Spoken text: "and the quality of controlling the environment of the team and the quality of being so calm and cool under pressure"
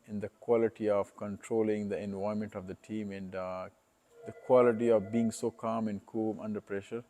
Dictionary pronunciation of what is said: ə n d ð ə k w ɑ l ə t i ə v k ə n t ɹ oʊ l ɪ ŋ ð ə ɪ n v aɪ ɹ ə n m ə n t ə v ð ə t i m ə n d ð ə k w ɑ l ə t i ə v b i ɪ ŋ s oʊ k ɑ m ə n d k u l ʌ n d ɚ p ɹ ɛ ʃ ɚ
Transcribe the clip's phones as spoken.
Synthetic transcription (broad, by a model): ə n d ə k w ɑ l ə t i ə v k ə n t ɹ oʊ l ɪ ŋ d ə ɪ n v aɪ ə m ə n t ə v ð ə t i m ə n d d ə k w ɑ l ə t i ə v b i ɪ ŋ s oʊ k ɑ m ə n d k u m ʌ n d ɚ p ɹ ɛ ʃ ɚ